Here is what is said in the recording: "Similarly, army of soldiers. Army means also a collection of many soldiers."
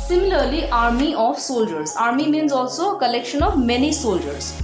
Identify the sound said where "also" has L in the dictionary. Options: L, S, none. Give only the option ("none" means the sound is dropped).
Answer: L